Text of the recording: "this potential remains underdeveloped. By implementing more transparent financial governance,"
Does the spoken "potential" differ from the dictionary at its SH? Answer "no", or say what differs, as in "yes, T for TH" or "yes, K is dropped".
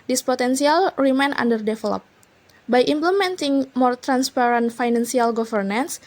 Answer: yes, S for SH